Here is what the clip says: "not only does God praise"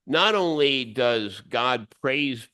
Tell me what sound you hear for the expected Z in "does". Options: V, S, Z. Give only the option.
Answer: Z